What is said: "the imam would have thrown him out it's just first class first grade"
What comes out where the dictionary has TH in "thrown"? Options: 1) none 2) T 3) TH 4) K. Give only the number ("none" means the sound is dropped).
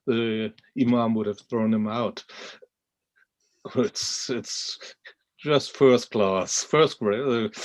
3